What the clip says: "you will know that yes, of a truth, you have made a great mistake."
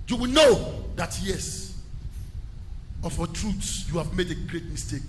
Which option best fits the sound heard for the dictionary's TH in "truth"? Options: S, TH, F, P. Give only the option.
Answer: S